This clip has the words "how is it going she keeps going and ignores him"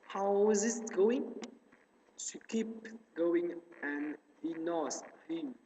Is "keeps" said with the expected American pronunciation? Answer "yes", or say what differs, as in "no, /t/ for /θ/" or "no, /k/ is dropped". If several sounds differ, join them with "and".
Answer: no, /s/ is dropped